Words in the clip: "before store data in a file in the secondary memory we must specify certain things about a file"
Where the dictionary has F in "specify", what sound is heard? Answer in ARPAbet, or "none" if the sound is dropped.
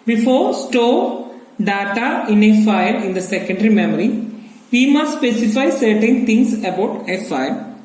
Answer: F